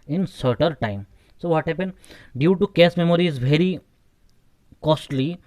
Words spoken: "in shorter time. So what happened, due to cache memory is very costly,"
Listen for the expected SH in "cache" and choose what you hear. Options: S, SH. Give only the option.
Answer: S